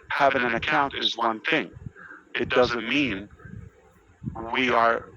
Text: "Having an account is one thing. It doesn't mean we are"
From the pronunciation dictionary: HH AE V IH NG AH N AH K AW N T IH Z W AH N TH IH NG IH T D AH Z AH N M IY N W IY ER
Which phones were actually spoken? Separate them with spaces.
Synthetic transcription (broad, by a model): HH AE V IH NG AH N AH K AW N T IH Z W AH N TH IH NG IH T D AH Z AH N M IY N W IY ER